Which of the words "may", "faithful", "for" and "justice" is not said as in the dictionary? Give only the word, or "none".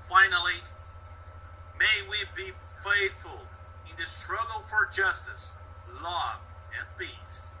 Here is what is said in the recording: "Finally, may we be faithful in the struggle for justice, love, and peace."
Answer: none